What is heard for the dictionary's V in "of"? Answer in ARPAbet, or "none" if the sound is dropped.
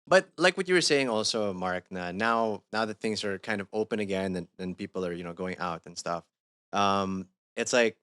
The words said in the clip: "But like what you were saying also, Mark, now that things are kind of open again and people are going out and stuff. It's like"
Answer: V